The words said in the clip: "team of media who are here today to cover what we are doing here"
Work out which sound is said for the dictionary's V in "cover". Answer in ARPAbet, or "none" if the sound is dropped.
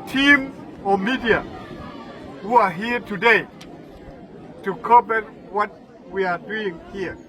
B